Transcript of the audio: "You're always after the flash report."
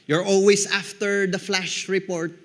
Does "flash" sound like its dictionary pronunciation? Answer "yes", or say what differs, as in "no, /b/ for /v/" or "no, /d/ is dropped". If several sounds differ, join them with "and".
yes